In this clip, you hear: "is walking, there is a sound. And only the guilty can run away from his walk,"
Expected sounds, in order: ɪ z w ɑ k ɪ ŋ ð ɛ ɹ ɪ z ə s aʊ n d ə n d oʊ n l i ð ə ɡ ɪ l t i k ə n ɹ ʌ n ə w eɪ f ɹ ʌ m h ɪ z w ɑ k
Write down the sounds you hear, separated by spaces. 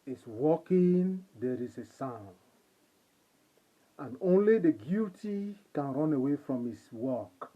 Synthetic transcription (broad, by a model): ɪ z w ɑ k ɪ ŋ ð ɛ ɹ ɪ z ə s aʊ n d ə n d oʊ n l i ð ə ɡ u t i k ə n ɹ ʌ n ə w eɪ f ɹ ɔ m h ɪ s w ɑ k